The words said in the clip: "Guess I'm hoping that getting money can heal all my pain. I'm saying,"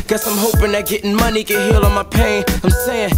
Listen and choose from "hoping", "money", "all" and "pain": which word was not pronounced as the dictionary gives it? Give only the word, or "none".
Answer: all